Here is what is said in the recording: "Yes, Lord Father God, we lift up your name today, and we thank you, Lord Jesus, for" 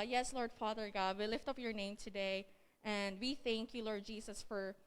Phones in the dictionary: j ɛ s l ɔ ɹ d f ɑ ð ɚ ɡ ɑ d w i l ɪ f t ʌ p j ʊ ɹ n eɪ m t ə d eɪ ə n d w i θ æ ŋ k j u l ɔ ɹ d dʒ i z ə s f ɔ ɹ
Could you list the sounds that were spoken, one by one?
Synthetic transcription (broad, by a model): j ɛ s l ɔ ɹ d f ɑ ð ɚ ɡ ɑ d w i l ɪ f t ʌ p j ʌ ɹ n eɪ m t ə d eɪ ə n d w i θ æ ŋ k j u l ɔ ɹ d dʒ i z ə s f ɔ ɹ